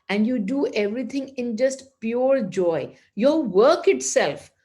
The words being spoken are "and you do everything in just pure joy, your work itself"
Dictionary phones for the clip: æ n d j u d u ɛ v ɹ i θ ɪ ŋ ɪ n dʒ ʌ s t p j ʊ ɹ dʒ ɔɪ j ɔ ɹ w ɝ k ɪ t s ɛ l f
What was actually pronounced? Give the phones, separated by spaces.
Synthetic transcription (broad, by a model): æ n d j u d u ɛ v ɹ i t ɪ ŋ ɪ n dʒ ʌ s t p j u ɹ dʒ ɔɪ j ɔ ɹ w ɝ k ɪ t s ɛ l f